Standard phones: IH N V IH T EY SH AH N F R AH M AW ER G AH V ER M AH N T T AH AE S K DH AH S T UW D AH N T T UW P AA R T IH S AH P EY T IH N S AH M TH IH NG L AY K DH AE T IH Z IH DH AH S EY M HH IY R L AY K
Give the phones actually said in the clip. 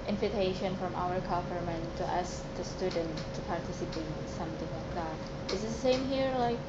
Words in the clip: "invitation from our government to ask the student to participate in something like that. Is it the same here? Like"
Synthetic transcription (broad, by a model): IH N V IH T EY SH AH N F R AH M AW ER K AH P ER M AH N T T AE S K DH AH S T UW D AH N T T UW P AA R T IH S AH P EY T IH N S AH M TH IH NG L AY K DH AE T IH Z DH AH S EY M HH IY R L AY K